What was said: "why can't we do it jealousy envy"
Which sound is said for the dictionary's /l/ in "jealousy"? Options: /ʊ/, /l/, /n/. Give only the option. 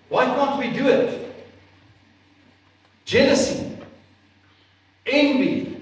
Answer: /n/